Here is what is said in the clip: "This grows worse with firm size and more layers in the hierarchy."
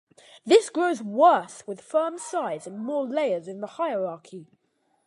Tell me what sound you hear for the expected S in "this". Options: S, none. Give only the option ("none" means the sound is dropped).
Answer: S